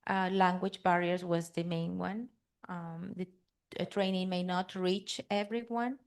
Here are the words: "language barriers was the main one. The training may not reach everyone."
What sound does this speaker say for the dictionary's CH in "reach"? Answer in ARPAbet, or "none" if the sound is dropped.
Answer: CH